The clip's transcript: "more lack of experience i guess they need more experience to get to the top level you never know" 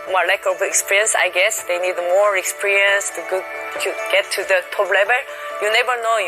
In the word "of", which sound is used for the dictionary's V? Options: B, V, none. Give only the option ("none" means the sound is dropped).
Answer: B